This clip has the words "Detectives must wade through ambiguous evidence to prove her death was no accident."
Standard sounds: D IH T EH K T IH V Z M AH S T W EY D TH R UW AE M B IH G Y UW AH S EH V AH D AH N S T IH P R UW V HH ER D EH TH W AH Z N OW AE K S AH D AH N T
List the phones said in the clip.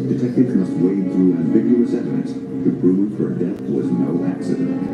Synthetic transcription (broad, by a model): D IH T EH K T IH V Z M AH S T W EY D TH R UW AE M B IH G Y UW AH S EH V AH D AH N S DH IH B R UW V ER D EH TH W AH Z N OW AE K S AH D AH N T